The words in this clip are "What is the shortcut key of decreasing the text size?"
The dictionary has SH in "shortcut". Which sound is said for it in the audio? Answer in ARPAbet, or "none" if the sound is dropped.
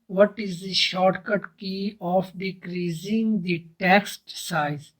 SH